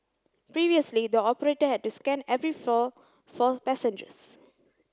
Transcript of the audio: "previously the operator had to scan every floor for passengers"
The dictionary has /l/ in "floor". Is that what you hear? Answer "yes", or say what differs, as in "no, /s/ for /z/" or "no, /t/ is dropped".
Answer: no, /l/ is dropped